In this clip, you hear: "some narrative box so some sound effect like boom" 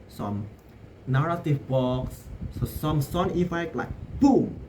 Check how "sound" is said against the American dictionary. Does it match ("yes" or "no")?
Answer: no